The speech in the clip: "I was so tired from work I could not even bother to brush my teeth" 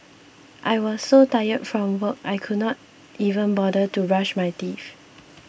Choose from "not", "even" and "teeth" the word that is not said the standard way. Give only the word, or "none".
teeth